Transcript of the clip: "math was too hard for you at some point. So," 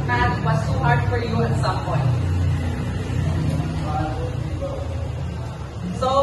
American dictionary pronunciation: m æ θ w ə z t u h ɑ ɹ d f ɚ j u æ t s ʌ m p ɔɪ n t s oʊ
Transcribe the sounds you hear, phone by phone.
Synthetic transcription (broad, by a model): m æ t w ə s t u h ɑ ɹ d f ɚ j u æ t s ʌ m p ɔɪ n t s oʊ